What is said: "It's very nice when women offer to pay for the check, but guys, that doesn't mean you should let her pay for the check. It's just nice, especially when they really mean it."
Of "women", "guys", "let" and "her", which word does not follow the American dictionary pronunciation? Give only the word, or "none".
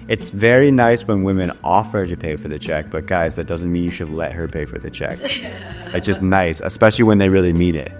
none